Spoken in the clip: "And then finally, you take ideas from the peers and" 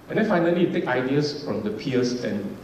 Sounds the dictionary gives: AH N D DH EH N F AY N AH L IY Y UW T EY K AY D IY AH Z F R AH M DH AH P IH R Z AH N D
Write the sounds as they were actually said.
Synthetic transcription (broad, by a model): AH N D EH N F AY N AH L IY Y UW T EY K AY D IY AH S F R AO M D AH P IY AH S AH N